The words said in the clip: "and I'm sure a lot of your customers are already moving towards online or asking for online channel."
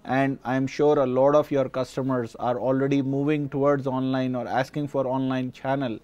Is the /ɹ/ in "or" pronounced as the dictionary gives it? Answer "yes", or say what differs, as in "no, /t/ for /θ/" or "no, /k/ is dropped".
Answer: yes